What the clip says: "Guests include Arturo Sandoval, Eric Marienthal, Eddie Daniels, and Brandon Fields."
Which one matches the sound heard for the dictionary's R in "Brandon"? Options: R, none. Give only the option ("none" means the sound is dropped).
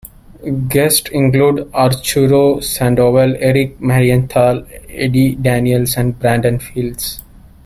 R